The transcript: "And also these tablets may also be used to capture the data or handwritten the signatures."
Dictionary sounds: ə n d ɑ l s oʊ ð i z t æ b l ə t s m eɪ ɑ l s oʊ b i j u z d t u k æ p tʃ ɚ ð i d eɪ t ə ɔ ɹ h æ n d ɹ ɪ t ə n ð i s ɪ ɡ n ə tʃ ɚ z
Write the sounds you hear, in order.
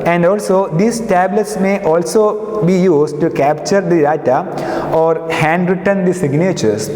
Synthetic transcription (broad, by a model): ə n d ɑ l s oʊ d i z t æ b l ə t s m eɪ ɑ l s oʊ b i j u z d t u k æ p tʃ ɚ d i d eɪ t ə ɔ ɹ h æ n d ɹ ɪ t ə n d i s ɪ ɡ n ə tʃ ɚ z